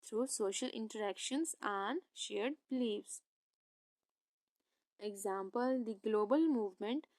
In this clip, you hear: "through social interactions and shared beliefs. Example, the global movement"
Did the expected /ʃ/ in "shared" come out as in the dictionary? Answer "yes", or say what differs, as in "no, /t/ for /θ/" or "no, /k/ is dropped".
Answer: yes